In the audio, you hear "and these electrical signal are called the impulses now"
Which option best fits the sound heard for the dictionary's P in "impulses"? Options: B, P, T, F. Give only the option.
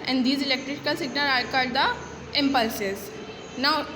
P